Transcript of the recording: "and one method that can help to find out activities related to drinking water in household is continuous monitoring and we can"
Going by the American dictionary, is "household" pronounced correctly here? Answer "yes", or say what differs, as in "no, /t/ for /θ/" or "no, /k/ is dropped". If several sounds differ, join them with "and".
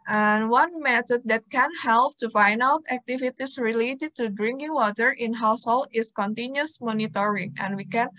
no, /d/ is dropped